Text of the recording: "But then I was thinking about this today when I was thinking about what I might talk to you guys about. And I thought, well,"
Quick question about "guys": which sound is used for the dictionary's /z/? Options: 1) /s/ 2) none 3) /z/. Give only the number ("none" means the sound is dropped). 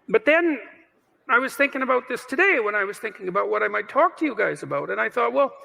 3